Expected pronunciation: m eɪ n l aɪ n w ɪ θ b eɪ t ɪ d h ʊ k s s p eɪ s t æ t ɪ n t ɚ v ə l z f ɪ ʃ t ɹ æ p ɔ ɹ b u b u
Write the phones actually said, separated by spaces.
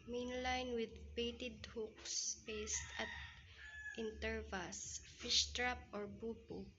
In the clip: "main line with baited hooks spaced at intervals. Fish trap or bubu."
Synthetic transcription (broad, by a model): m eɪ n l aɪ n w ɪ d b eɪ t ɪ d h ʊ k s s p eɪ s t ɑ t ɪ n t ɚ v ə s f ɪ ʃ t ɹ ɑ p ɔ ɹ b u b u